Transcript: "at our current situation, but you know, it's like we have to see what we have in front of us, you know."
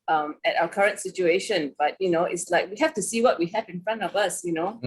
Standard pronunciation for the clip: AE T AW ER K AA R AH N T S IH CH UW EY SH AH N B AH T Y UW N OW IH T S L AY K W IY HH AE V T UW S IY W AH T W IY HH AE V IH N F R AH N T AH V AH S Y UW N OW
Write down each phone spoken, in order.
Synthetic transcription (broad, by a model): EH T AW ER K AA R AH N T S IH CH UW EY SH AH N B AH T Y UW N OW IH T S L AY K W IY HH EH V T UW S IY W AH T W IY HH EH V IH N F R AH N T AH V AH S Y UW N OW